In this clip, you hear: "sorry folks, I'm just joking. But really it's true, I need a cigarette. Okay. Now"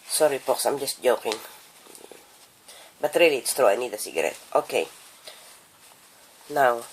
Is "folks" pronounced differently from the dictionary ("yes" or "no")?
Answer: yes